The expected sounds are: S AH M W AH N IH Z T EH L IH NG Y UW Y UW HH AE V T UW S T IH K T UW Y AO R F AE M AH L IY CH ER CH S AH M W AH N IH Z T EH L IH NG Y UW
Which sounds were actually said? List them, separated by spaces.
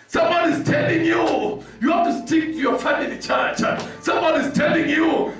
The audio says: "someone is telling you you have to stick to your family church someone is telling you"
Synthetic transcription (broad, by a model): S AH M W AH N IH Z T EH L IH NG Y UW Y UW HH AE F T UW S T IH K T UW Y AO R F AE M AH L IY CH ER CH S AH M W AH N IH Z T EH L IH NG Y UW